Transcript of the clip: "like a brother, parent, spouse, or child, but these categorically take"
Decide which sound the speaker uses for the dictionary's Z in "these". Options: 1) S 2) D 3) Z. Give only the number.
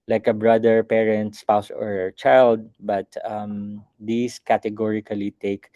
1